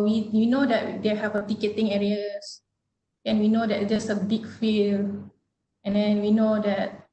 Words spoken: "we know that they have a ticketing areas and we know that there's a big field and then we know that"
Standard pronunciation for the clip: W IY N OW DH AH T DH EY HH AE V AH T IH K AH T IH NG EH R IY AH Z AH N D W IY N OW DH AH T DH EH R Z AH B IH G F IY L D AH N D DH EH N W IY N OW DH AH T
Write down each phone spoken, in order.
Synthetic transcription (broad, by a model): W IY N OW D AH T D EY HH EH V AH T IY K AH T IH NG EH R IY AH S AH N W IY N OW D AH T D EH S AH B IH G F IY L AH N D EH N W IY N OW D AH T